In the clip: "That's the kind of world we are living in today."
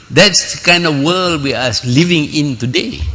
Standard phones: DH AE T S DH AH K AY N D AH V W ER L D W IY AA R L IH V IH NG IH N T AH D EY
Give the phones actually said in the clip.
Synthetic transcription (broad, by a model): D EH T S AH K AY N D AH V W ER L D W IY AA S L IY V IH NG IH N T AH D EY